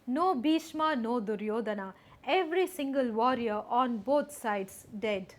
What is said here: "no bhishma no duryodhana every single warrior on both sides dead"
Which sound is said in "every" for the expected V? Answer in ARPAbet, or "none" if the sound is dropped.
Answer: V